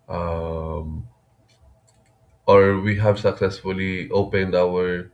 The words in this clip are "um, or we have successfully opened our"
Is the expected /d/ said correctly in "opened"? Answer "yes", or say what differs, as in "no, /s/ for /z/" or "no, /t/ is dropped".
yes